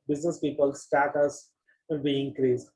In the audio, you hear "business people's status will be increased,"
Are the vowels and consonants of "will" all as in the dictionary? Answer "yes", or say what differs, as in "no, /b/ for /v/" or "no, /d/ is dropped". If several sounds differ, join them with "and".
no, /n/ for /l/